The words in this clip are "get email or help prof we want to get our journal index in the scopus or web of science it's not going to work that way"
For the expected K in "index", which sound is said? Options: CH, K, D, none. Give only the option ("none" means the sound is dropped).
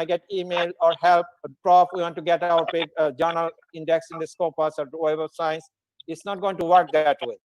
K